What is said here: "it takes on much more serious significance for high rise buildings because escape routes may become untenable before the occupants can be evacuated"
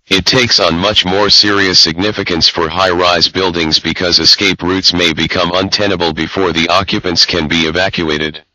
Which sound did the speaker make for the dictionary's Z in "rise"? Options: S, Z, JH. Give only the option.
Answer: Z